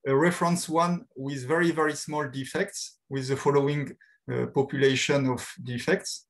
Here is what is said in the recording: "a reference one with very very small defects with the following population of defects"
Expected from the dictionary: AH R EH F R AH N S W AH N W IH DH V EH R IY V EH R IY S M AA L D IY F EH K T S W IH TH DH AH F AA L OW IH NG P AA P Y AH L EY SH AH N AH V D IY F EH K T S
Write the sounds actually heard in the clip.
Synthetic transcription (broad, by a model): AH R EH F R AH N S W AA N W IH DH V EH R IY V EH R IY S M AA L D IY F EH K T S W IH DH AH F AA L OW IH NG P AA P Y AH L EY SH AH N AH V D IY F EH K T S